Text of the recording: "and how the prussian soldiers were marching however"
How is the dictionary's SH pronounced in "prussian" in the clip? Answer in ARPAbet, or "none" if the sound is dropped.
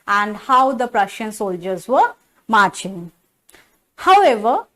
SH